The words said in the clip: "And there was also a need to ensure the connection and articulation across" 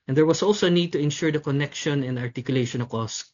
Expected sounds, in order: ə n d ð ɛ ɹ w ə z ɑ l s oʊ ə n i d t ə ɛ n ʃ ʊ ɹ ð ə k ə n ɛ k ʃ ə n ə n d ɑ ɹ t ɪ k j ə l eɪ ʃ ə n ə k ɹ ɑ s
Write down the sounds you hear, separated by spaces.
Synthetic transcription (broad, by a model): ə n d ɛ ɹ w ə s ɑ l s oʊ ə n i d t ə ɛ n ʃ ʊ ɹ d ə k ə n ɛ k ʃ ə n ə n d ɑ ɹ t ɪ k j ə l eɪ ʃ ə n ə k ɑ s